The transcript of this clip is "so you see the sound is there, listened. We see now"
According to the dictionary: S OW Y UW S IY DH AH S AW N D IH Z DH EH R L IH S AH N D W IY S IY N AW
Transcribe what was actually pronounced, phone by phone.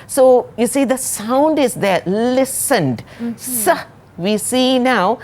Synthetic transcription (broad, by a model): S OW Y UW S IY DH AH S AW N D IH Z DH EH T L IH S AH N D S IY S IY N AW